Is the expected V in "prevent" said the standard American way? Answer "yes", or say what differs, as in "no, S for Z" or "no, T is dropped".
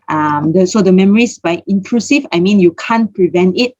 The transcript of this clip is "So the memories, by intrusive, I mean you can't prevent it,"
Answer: yes